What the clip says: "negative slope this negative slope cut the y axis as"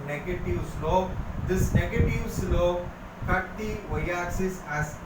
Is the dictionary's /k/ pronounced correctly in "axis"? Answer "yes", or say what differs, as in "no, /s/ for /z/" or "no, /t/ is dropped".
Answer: no, /k/ is dropped